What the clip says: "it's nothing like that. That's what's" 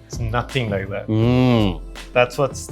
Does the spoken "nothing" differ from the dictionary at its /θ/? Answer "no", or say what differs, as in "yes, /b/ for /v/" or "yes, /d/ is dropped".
no